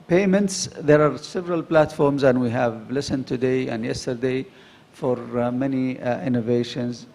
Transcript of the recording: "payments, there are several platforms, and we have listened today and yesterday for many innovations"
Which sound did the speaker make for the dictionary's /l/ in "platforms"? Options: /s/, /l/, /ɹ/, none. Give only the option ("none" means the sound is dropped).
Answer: /l/